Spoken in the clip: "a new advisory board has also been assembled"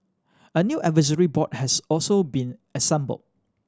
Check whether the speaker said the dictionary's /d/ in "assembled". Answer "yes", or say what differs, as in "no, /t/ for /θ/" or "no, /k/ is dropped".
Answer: no, /d/ is dropped